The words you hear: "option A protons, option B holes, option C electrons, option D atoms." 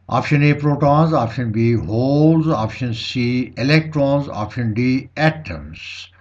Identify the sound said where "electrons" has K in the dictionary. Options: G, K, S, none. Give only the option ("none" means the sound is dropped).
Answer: K